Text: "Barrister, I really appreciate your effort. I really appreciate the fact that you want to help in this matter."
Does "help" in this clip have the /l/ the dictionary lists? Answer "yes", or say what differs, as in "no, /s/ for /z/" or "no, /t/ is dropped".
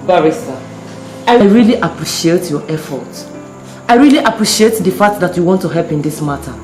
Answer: yes